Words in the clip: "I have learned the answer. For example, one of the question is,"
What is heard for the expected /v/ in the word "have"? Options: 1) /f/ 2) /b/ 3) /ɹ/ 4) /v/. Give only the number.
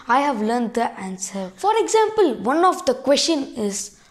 4